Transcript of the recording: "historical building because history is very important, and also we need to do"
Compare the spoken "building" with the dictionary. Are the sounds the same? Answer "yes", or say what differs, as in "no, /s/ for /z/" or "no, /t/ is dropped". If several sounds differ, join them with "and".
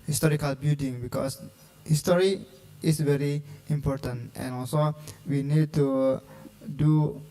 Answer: no, /l/ is dropped